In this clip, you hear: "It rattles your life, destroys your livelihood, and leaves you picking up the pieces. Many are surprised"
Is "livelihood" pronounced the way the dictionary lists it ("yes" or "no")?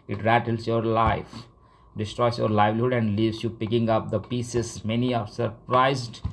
yes